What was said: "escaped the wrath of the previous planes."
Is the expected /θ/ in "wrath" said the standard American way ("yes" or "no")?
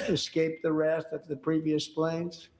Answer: no